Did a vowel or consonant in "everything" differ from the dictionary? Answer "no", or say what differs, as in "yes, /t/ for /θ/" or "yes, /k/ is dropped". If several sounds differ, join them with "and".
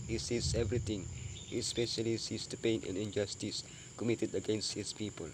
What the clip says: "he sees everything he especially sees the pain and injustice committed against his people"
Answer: yes, /t/ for /θ/